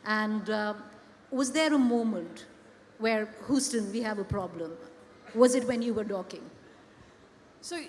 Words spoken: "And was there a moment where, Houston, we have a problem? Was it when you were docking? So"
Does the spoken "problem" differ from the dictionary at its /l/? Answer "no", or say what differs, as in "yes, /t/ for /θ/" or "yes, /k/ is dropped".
no